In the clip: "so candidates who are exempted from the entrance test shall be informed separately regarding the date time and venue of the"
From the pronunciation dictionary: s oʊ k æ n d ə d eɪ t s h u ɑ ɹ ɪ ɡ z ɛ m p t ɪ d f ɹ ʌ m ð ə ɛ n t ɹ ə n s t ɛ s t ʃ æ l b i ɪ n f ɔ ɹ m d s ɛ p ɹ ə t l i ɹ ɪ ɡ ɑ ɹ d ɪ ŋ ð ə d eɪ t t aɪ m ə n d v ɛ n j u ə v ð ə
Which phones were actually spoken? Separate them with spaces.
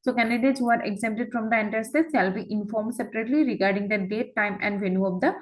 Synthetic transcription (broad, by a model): s oʊ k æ n d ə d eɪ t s h u ɑ ɹ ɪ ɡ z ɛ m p t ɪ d f ɹ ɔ m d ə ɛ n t ə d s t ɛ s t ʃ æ l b i ɪ n f ɔ ɹ m d s ɛ p ɹ ə t l i ɹ ɪ ɡ ɑ ɹ d ɪ ŋ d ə d eɪ t t aɪ m ə n d v ɛ n j u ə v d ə